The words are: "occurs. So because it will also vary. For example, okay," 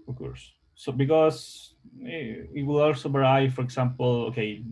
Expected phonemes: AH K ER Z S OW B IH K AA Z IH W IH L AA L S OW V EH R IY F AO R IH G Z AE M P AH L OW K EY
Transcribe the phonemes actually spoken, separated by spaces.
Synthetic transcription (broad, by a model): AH K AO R S OW B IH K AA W IH W IH L AA L S OW B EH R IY F AO R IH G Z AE M P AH L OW K EY